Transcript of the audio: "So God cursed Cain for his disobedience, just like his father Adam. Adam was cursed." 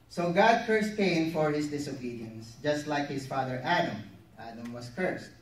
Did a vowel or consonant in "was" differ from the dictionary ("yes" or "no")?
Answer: yes